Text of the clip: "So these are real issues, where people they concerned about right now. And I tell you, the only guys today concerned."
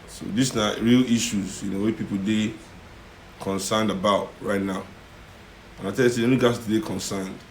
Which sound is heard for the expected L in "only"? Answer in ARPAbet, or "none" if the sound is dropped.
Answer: none